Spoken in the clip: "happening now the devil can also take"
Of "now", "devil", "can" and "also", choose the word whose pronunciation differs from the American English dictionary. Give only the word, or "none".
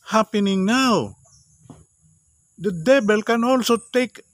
devil